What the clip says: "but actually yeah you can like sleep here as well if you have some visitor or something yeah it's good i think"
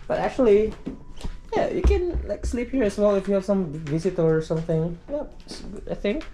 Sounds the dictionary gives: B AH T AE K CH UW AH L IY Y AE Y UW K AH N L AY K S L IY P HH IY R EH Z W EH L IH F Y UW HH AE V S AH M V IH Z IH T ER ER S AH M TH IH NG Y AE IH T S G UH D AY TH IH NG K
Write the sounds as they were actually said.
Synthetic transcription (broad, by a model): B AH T AE K CH UW AH L IY Y AE Y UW K AH N L AY K S L IY P HH IY R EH S W EH L IH F Y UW HH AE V S AH M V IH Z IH T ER ER S AH M TH IH NG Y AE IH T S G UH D AY TH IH NG K